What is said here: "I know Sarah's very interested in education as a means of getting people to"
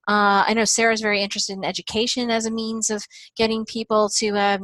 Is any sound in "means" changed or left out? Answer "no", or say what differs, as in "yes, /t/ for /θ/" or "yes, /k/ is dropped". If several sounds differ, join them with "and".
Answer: no